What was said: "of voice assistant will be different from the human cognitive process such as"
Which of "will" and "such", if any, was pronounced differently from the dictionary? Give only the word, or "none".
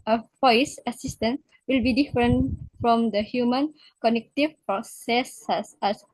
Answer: such